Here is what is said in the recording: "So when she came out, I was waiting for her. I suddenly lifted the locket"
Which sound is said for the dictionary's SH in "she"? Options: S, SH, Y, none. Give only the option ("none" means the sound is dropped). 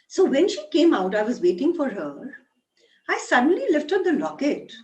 SH